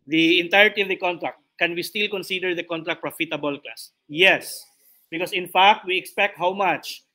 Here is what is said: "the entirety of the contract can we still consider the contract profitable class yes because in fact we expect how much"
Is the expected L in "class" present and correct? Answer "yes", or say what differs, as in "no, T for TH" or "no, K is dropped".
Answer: no, L is dropped